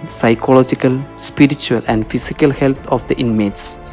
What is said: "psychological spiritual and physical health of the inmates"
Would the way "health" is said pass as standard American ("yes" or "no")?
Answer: no